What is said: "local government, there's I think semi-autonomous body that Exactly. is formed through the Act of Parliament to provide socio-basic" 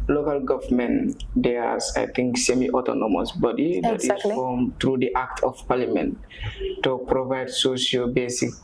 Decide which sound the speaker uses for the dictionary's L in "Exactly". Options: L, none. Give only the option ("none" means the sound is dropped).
none